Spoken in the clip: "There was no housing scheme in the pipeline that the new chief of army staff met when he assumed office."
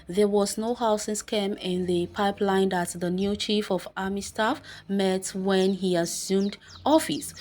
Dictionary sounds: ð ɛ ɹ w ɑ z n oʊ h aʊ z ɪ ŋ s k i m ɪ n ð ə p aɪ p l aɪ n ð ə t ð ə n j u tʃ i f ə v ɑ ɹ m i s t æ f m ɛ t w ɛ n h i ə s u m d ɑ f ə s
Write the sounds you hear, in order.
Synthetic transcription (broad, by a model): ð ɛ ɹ w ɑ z n oʊ h aʊ s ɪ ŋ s k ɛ m ɪ n ð ə p aɪ p l aɪ n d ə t ð ə n j u tʃ i f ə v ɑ m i s t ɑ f m ɛ t w ɛ n h i ə s u m d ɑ f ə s